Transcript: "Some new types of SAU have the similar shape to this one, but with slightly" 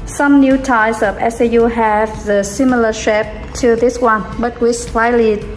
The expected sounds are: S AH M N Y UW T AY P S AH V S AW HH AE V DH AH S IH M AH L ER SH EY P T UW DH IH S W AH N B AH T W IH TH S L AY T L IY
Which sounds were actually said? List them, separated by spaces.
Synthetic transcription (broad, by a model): S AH M N Y UW T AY S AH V S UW HH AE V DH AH S IH M AH L ER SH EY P T UW DH IH S W AH N B AH T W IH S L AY L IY